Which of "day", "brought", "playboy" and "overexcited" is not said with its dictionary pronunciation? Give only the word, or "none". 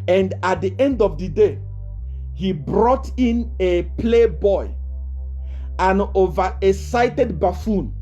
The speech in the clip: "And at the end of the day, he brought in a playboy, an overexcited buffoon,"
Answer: overexcited